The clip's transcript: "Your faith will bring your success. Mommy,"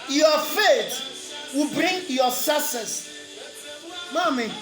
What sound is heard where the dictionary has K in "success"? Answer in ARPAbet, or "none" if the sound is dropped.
none